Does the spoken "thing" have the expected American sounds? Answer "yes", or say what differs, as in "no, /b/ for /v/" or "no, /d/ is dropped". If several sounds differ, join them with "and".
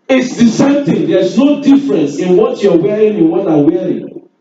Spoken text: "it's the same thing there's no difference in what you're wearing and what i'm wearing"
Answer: no, /t/ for /θ/